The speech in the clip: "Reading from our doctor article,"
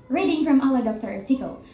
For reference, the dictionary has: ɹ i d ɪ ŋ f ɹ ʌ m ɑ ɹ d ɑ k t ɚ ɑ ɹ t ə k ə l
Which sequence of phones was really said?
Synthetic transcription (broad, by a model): ɹ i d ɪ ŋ f ɹ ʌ m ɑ l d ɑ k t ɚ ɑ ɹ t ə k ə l